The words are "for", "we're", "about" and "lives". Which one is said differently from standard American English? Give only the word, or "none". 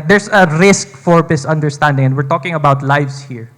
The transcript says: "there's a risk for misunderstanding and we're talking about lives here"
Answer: lives